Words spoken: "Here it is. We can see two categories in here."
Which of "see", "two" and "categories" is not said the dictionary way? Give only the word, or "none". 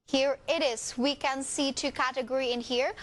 categories